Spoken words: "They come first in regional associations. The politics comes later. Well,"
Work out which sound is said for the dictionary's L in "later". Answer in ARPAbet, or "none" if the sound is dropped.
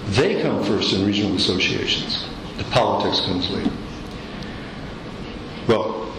W